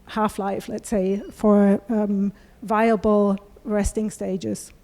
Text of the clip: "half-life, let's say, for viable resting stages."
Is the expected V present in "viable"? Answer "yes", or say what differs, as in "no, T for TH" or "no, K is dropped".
yes